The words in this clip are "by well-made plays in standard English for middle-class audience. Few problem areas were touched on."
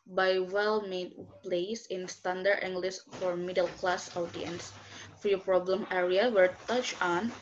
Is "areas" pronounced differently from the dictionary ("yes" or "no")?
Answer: yes